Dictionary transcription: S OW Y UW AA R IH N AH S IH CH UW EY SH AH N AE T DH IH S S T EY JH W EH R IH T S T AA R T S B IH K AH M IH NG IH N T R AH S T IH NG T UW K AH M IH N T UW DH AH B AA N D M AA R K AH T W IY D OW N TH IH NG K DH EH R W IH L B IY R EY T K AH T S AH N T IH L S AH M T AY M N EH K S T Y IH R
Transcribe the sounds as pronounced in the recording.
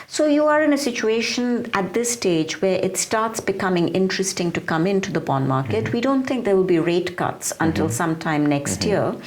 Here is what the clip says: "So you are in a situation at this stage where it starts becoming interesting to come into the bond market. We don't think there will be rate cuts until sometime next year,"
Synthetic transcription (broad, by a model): S OW Y UW AA R IH N AH S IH CH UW EY SH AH N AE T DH IH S S T EY JH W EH R IH T S T AA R T S B IH K AH M IH NG IH N T R AH S T IH NG T UW K AH M IH N T UW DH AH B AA N M AA R K AH T W IY D OW N T IH NG K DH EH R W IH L B IY R EY T K AH T S AH N T IH L S AH M T AY M N EH K S T Y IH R